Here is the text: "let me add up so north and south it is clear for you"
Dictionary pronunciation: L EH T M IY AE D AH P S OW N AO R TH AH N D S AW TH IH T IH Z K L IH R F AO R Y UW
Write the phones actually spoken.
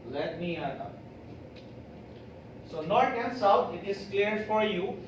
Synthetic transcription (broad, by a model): L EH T M IY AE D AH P S OW N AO R T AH N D S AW T IH T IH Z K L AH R F AO R Y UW